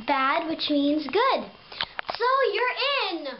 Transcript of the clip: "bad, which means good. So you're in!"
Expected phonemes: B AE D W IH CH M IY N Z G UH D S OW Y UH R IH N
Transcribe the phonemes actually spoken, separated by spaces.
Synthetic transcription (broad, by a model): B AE D W IH CH M IY N Z G UH D S OW Y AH R IH N